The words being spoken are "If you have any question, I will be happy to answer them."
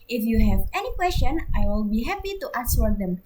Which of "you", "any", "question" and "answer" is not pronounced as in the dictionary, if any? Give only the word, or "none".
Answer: answer